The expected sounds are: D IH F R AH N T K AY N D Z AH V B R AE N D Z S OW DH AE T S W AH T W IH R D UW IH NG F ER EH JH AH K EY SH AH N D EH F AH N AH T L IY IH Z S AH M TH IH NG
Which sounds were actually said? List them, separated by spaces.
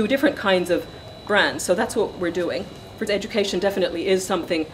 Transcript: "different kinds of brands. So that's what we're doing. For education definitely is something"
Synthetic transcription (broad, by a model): D IH F R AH N K AY N D Z AH V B R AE N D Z S OW DH AE T S W AH T W IH R D UW IH NG F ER EH JH AH K EY SH AH N D EH F AH N AH T L IY IH Z S AH M TH IH NG